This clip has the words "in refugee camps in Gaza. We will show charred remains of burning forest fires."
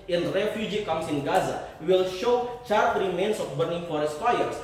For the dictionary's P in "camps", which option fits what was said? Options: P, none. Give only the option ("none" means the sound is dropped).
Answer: none